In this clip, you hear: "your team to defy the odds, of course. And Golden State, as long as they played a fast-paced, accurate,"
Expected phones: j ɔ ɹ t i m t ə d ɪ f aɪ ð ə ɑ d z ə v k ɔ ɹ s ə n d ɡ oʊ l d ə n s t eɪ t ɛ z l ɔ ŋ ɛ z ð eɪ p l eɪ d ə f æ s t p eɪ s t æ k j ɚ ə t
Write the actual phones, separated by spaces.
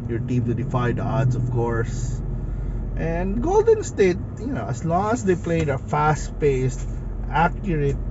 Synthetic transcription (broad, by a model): j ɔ ɹ t i m t ə d ɪ f aɪ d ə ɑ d s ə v k ɔ ɹ s ə n d ɡ oʊ l d ə n s t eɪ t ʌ s l ɔ ŋ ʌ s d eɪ p l eɪ d ə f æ s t p eɪ s t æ k j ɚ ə t